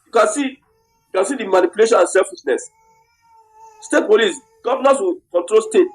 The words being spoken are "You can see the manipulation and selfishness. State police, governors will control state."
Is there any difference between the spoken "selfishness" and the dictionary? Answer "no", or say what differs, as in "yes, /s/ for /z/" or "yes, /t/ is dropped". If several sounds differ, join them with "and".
yes, /s/ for /ʃ/